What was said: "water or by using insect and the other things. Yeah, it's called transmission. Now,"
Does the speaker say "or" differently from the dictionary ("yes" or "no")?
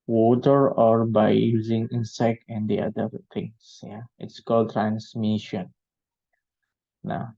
no